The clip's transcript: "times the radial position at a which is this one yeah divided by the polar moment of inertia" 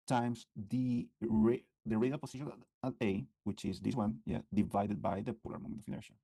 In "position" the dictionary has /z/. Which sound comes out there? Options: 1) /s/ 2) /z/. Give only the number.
1